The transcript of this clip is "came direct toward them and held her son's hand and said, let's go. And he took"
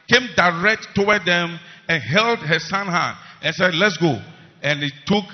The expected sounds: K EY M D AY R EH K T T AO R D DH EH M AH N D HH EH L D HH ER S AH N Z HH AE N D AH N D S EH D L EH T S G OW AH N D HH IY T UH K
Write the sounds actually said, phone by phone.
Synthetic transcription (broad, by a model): K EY M D AY R EH K T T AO W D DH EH M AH N HH EH L D HH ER S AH N HH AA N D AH N S EH D L EH T S G OW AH N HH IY T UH K